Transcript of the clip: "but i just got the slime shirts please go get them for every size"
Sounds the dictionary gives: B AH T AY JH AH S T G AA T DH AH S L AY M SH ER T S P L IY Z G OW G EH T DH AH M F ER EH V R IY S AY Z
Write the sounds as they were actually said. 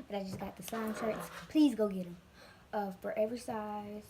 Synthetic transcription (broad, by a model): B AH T AY JH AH S G AA T DH AH S AY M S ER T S P L IY Z G OW G EH T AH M F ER EH V R IY S AY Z